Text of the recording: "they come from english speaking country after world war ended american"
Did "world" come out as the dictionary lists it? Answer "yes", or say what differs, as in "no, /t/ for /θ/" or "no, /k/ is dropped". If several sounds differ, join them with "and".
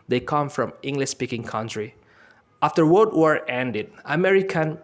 no, /l/ is dropped